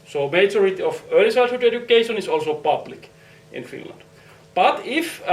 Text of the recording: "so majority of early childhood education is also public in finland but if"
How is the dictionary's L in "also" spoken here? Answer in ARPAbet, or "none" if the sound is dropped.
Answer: L